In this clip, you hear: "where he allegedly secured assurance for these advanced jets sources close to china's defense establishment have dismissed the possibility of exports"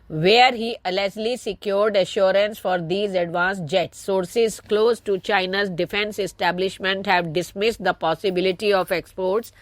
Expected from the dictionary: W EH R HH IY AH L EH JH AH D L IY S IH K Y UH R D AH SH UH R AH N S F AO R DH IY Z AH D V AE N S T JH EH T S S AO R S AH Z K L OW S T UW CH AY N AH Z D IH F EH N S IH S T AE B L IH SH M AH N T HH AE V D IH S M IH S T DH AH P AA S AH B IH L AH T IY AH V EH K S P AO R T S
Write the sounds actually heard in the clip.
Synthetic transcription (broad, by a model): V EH R HH IY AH L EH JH L IY S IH K Y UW R D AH SH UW R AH N S F AO R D IY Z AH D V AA N S JH EH T S S AO R S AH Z K L OW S T UW CH AY N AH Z D IH F EH N S IH S T AE B L IH SH M AH N T HH AE V D IH S M IH S T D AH P AA S AH B IH L AH T IY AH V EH K S P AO R T S